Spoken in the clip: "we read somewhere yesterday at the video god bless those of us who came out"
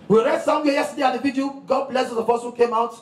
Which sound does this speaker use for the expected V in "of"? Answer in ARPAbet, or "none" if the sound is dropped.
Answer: P